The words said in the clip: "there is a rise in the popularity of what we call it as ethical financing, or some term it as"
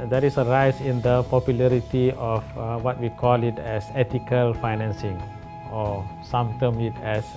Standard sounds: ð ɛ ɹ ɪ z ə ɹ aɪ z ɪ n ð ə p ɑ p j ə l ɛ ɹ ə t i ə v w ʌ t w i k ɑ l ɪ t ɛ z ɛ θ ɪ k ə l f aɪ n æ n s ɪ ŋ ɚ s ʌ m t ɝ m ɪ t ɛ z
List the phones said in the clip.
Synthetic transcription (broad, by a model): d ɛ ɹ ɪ s ə ɹ aɪ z ɪ n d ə p ɑ p j ə l ɛ ɹ ə t i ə f w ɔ t w i k ɑ l ɪ t ɛ s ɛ t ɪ k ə l f aɪ n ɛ n s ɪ ŋ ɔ s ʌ m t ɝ m ɪ t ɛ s